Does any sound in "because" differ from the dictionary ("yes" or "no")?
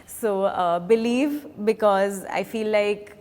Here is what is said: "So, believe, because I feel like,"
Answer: no